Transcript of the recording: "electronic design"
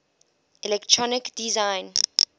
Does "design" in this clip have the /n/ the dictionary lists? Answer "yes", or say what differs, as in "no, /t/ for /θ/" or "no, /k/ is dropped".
yes